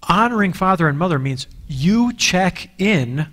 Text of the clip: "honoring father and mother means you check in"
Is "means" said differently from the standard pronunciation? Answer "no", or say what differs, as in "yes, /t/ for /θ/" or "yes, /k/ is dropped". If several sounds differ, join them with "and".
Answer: no